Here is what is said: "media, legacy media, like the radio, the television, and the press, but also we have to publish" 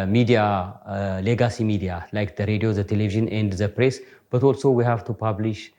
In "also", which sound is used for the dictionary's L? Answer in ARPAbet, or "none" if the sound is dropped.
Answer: L